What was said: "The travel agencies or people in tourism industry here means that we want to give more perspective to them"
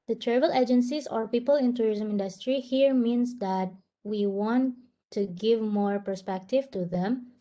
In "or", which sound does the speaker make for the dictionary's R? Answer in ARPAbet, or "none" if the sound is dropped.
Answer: R